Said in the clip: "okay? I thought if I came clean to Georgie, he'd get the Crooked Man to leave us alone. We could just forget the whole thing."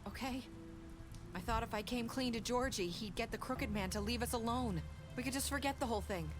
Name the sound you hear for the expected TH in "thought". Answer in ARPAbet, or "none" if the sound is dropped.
TH